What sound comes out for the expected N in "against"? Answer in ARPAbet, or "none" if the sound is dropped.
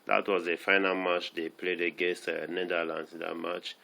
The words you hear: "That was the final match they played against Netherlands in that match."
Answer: none